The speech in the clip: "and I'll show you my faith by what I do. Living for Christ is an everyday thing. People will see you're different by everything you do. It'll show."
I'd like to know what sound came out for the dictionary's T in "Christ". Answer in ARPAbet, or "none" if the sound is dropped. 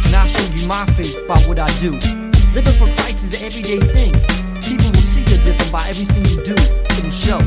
none